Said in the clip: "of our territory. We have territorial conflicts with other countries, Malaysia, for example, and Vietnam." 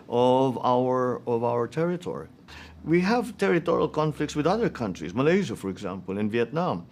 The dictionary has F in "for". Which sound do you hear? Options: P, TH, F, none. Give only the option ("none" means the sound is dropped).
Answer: F